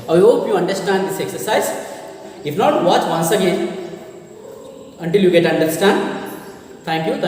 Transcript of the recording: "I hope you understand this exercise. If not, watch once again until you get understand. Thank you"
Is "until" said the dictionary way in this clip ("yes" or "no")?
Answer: yes